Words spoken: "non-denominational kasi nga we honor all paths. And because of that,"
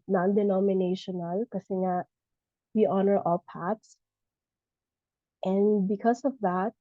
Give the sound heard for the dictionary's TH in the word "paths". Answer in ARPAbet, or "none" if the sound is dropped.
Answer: T